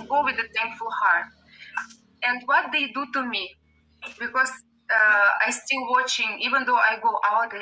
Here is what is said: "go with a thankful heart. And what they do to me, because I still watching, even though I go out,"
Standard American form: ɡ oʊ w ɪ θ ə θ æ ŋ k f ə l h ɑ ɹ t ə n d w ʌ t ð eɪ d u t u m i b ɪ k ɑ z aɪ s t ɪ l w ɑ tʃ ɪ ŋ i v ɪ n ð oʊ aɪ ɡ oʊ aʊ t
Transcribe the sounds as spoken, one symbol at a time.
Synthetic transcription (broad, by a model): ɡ oʊ w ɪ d ə t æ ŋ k f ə l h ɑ ɹ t ə n d w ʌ t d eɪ d u t u m i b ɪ k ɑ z aɪ s t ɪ l w ɑ tʃ ɪ ŋ i v ɪ n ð oʊ aɪ ɡ oʊ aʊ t